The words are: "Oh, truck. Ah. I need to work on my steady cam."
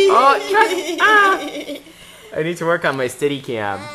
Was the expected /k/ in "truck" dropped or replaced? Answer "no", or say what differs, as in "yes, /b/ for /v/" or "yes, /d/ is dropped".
yes, /k/ is dropped